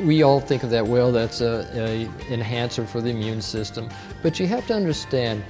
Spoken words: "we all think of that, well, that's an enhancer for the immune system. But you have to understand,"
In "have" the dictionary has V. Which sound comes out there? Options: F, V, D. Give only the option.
F